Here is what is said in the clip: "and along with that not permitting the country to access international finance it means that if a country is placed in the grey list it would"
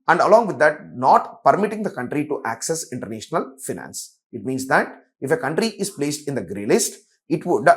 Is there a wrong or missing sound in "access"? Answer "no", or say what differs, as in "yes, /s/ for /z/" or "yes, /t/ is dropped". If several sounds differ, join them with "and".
no